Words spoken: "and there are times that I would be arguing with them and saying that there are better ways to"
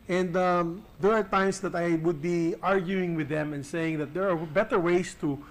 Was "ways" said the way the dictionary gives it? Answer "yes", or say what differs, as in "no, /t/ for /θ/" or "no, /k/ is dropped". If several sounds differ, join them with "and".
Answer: no, /s/ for /z/